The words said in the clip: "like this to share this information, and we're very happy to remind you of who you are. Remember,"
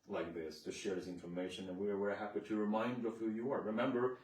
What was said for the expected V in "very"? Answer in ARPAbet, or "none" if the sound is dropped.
W